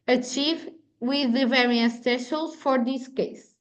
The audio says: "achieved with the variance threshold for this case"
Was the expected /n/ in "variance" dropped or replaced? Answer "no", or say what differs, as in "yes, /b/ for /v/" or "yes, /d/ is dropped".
yes, /n/ is dropped